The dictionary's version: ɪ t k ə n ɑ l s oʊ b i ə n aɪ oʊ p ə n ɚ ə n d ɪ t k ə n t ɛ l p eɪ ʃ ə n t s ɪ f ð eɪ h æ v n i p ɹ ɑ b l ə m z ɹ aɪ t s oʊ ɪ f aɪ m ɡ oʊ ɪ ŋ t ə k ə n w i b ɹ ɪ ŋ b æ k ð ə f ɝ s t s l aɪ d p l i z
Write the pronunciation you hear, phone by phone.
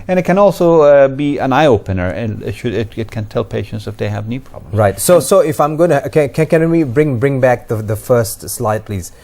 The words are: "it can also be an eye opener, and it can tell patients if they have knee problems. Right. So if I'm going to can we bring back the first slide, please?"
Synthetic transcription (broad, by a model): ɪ t k ə n ɑ l s oʊ b i ə n aɪ oʊ p ə n ɚ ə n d ɪ t k ə n t ɛ l p eɪ ʃ ə n t s ɪ f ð eɪ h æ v n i p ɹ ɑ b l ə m ɹ aɪ t s oʊ ɪ f aɪ m ɡ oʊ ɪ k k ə k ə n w i b ɹ ɪ ŋ b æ k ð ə f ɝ s t s l aɪ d p l i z